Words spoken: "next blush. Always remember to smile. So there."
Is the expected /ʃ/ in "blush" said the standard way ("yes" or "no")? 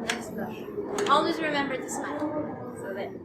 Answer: no